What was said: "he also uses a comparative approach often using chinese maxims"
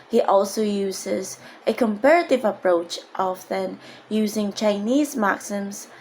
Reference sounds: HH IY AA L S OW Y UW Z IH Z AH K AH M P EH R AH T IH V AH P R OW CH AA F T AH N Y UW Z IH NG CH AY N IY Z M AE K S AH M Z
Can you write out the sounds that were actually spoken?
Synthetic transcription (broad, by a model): HH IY AA L S OW Y UW Z IH Z AH K AH M P EH R AH T IH V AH P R OW CH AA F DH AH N Y UW Z IH NG CH AY N IY Z M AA K S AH M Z